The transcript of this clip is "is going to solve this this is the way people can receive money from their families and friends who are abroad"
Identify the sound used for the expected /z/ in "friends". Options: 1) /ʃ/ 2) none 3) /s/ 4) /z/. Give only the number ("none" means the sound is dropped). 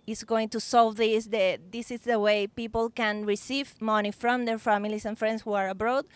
3